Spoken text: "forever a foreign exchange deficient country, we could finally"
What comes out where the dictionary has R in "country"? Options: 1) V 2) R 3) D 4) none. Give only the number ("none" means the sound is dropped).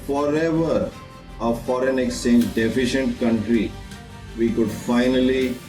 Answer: 2